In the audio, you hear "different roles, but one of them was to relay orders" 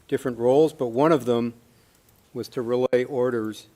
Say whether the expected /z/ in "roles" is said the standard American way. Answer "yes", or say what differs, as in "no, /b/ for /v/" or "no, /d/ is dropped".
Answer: yes